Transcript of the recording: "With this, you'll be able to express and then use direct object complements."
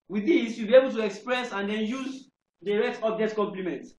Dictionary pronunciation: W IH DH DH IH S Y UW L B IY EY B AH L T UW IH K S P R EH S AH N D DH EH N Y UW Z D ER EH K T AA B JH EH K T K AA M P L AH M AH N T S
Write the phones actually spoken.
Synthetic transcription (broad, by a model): W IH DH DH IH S Y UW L B IY EY B AH L T UW IH K S P R EH S AH N D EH N Y UW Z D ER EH T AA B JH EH T K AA M P L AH M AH N T